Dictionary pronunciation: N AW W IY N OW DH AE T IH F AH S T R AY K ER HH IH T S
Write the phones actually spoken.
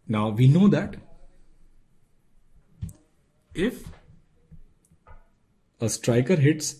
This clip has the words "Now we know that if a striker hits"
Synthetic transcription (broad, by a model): N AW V IY N OW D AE T IH F AH S T R AY K ER HH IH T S